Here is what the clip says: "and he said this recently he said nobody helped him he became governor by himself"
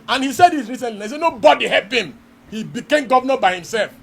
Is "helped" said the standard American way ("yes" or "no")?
no